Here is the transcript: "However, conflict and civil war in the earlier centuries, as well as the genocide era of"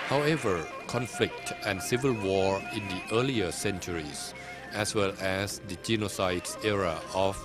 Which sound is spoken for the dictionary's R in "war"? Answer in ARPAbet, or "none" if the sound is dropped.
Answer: R